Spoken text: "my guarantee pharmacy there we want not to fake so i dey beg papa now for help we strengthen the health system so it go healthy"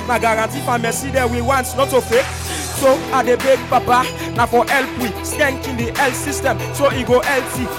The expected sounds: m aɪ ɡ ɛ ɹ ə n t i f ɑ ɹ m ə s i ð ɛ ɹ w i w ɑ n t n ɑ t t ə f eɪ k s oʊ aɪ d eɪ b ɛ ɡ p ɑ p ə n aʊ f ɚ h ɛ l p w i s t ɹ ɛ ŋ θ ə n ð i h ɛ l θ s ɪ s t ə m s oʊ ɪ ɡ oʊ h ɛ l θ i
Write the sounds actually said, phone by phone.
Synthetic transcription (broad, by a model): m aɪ ɡ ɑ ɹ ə n t i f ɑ m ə s i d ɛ w i w ɑ n t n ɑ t t ə f eɪ k s oʊ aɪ d eɪ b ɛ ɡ p ɑ p ə n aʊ f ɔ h ɛ l p w i s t ɛ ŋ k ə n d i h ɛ l t s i s t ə m s oʊ ɪ ɡ oʊ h ɛ l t i